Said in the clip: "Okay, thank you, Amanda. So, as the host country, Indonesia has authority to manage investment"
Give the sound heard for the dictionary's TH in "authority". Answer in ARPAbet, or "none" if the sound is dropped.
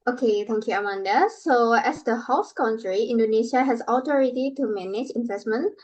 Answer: T